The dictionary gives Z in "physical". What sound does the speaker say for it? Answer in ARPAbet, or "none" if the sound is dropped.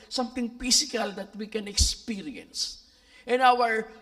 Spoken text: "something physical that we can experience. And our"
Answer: S